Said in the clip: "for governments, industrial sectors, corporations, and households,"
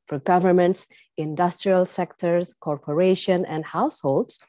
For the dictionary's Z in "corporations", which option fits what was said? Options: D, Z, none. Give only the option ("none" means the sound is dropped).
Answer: none